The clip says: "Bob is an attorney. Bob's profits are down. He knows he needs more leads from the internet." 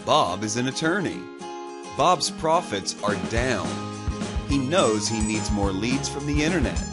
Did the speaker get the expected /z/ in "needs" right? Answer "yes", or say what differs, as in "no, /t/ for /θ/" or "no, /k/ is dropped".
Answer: yes